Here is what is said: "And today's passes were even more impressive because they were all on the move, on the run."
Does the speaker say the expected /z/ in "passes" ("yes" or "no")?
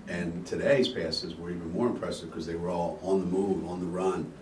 yes